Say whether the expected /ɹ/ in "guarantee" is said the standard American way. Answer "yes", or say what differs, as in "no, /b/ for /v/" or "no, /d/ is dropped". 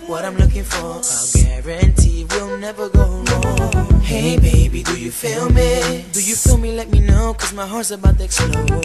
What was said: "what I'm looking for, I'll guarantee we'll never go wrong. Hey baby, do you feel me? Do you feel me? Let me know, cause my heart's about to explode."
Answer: yes